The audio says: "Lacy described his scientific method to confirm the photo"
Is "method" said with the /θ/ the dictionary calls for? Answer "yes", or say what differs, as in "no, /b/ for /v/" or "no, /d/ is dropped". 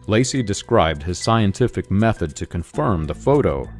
yes